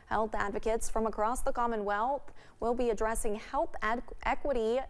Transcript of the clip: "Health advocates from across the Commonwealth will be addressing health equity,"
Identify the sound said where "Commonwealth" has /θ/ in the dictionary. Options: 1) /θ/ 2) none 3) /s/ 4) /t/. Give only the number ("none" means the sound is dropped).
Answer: 1